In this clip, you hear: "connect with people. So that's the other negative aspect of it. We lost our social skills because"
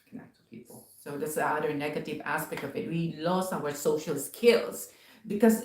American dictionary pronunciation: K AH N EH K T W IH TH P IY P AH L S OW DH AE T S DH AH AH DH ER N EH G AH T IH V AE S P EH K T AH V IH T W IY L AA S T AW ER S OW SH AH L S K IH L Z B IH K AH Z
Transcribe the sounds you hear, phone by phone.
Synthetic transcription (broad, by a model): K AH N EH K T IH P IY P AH L S OW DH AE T S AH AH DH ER N EH G AH T IH V AE S P EH K T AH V IH T W IY L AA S AW ER S OW SH AH L S K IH L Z B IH K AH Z